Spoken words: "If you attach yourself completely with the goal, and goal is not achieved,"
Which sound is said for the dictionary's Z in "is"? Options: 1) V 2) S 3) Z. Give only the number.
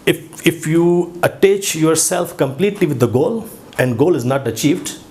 3